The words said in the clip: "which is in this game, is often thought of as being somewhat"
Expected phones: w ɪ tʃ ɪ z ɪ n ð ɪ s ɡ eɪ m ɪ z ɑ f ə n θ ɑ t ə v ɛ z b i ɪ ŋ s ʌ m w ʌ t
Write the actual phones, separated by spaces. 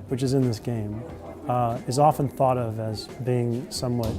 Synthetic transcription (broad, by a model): w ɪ tʃ ɪ z ɪ n ð ɪ s ɡ eɪ m ɪ z ɑ f ə n θ ɑ t ə v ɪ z b i ɪ ŋ s ʌ m w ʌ t